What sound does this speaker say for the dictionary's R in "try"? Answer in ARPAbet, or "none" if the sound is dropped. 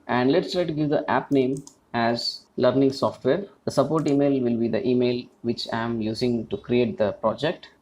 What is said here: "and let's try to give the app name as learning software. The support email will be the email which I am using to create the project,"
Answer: R